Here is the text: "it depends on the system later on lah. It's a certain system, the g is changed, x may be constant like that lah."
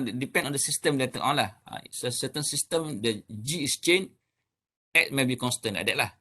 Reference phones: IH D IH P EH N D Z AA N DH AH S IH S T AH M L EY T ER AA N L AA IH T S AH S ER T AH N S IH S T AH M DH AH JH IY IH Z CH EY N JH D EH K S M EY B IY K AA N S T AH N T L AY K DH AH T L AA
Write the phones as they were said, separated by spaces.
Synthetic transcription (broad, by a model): D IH P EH N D AA N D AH S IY S T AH M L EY T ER AA N L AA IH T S AH S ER T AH N S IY S T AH M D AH JH IY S CH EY N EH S M EY B IY K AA N S T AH N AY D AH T L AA